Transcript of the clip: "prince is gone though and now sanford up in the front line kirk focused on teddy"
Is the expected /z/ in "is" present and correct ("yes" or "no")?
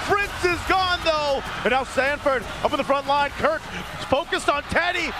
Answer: yes